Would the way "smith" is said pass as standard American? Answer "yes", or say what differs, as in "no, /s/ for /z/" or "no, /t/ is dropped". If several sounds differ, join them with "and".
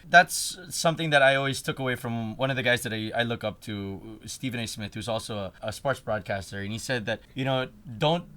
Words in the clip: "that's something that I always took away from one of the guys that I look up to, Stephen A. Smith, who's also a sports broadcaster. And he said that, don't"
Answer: yes